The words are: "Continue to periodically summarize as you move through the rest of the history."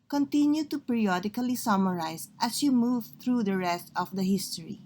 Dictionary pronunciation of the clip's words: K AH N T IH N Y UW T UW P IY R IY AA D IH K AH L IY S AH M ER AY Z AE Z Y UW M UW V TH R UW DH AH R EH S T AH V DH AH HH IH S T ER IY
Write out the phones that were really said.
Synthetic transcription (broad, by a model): K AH N T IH N Y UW T UW P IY R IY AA D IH K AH L IY S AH M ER AY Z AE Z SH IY M UW V T R UW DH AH R EH S T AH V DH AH HH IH S T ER IY